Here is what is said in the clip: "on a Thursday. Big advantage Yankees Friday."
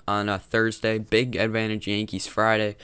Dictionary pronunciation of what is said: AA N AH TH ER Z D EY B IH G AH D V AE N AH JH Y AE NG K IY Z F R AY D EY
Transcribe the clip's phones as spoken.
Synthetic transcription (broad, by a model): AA N AH TH ER Z D EY B IH G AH D V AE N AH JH Y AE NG K IY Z F R AY D EY